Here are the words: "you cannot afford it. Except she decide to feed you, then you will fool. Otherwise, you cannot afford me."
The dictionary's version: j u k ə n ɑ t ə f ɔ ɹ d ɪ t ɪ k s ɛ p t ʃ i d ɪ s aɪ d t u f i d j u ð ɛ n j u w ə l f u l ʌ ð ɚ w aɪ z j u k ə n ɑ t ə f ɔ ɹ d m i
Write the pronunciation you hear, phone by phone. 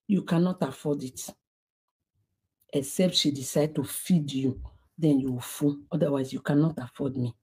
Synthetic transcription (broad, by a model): j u k ə n ɑ t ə f ɔ d ɪ t ɪ k s ɛ p t ʃ i d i s aɪ d t u f i d j u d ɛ n j u w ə f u n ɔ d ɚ w aɪ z j u k ə n ɑ t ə f ɔ d m i